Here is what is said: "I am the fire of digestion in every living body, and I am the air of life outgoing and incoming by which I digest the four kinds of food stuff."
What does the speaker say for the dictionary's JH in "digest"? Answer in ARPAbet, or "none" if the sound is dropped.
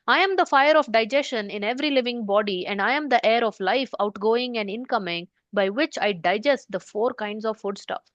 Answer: JH